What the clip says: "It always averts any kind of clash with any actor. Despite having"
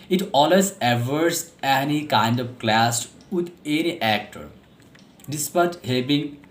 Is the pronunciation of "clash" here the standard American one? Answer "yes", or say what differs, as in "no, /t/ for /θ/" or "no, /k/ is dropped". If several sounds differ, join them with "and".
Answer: no, /s/ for /ʃ/